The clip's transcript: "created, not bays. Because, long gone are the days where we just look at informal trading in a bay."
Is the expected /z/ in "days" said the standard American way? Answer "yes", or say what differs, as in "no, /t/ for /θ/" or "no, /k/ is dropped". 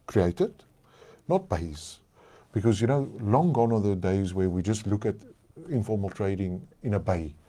yes